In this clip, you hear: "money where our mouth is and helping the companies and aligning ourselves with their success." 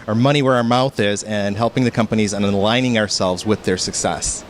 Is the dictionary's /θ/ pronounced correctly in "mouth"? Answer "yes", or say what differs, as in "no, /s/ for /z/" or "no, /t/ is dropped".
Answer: yes